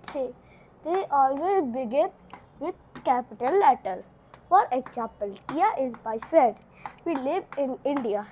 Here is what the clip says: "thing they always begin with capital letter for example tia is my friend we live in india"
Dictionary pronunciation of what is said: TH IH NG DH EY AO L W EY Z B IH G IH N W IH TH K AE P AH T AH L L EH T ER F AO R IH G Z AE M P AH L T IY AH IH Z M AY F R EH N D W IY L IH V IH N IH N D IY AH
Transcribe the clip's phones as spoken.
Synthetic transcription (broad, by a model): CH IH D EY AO L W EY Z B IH G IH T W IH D K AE P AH T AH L L EH T ER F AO R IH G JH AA P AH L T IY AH IH Z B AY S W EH D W IY L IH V IH N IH N D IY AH